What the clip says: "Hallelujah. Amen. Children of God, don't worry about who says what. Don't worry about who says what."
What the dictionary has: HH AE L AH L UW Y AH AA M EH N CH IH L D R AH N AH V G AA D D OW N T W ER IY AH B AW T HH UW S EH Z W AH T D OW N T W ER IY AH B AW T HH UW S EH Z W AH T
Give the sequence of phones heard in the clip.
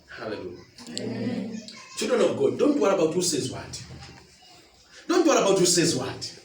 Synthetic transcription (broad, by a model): HH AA L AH L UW Y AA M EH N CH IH D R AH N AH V G AA D D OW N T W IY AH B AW T HH UW S EH Z W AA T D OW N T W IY AH B AW T HH UW S EH Z W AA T